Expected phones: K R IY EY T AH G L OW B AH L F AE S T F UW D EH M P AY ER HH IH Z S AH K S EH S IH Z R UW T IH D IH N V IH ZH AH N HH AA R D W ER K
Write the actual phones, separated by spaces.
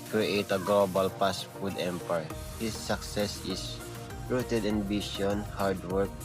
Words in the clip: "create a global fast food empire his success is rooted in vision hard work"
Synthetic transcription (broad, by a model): K R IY EY T AH G L OW B AH L P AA S F UW D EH M P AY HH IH S AH K S EH S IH S R UW T IH D IH N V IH SH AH N HH AA R D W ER K